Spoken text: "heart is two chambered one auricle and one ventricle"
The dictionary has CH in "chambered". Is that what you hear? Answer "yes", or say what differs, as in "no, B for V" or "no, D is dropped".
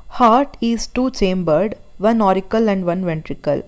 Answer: yes